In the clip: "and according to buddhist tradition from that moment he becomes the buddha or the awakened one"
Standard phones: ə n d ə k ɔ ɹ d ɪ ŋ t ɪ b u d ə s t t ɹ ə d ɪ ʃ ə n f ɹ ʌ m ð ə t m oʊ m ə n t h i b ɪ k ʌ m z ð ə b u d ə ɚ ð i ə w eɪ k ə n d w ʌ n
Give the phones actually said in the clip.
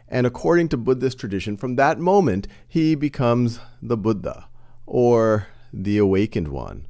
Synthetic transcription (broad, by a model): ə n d ə k ɔ ɹ d ɪ ŋ t ɪ b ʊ d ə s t t ɹ ə d ɪ ʃ ə n f ɹ ʌ m ð ə t m oʊ m ə n t h i b ɪ k ʌ m z ð ə b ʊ d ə ɚ ð i ə w eɪ k ə n d w ʌ n